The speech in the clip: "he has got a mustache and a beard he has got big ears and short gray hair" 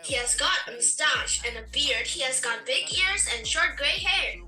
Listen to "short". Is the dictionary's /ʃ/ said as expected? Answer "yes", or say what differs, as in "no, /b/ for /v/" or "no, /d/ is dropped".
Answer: yes